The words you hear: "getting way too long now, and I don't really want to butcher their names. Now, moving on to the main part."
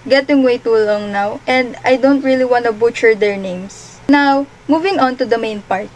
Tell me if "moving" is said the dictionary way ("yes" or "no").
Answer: yes